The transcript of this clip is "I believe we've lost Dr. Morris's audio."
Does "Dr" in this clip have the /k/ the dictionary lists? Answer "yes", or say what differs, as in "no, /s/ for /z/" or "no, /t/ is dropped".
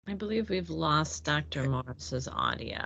yes